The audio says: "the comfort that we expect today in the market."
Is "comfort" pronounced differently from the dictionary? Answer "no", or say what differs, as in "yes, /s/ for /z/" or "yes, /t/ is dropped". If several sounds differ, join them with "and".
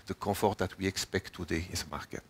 yes, /m/ is dropped